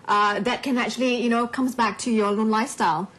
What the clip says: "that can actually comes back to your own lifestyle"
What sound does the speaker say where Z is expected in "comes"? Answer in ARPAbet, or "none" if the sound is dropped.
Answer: Z